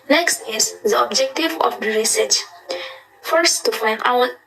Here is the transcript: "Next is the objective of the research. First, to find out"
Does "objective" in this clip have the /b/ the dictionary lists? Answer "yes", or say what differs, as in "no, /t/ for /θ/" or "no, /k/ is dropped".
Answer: yes